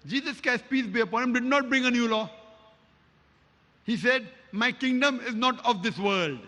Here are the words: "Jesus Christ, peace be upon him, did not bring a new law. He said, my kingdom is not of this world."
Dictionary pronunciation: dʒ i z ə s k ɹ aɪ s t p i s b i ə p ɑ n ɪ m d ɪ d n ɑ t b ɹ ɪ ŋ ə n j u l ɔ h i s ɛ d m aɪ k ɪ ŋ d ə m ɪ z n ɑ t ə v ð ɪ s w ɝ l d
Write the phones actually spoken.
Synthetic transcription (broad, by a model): dʒ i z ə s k aɪ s p i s b i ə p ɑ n ɪ m d ɪ d n ɑ t b ɹ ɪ ŋ ə n j u l ɔ h i s ɛ d m aɪ k ɪ ŋ d ə m ɪ z n ɑ t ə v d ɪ s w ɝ l d